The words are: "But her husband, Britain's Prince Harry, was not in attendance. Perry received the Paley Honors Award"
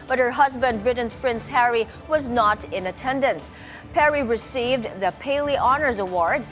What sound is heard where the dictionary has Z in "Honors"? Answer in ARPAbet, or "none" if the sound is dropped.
Z